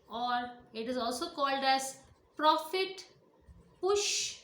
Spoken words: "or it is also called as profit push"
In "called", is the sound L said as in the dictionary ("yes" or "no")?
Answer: yes